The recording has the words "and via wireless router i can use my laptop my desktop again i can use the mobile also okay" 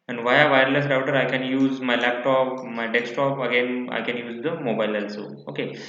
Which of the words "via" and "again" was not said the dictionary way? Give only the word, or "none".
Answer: none